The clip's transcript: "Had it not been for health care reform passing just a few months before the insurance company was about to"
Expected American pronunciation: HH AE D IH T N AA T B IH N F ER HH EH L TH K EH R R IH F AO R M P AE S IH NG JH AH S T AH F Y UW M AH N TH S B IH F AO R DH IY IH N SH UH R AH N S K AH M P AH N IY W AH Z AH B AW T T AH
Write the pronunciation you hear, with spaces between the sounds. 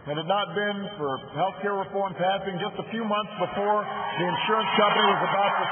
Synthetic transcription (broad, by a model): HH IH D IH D N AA T B IH N F ER HH EH L TH K EH R R IH F AO R M P AE S IH NG JH AH S T AH F Y UW M AH N TH S B IH F AO R DH IY IH N SH UH R AH N S K AH M P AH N IY W AH Z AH B AW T T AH